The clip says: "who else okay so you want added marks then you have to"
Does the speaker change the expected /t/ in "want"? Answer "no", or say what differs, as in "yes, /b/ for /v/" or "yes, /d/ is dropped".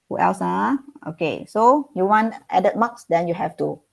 no